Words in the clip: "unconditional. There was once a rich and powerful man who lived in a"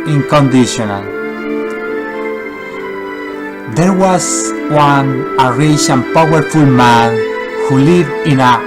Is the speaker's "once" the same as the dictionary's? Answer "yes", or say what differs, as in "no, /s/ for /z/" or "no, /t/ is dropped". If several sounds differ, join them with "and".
no, /s/ is dropped